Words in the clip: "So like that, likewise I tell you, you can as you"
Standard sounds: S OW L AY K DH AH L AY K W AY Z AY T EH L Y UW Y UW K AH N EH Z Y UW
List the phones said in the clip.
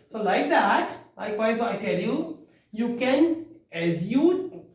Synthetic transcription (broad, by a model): S OW L AY K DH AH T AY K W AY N AY T EH L Y UW Y UW K AH N EH Z Y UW